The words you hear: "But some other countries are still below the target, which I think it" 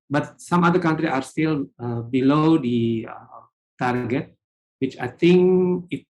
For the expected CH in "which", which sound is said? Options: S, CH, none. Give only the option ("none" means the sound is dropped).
CH